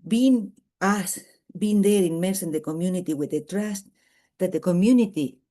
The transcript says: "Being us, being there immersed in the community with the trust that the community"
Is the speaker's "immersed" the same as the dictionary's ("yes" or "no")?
no